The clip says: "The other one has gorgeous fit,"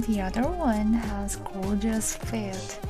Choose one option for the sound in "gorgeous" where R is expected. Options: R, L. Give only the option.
L